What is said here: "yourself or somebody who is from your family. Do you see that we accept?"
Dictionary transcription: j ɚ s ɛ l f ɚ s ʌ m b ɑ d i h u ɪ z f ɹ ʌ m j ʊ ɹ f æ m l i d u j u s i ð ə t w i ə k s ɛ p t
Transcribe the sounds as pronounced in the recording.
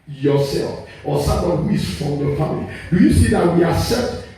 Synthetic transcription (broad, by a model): j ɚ s ɛ l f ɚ s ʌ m ɑ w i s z f ɹ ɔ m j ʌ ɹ f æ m l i d u j u s i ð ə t w i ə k s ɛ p t